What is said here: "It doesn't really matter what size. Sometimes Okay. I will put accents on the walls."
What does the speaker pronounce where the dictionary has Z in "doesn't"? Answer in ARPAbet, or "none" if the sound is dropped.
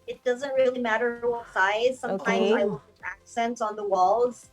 Z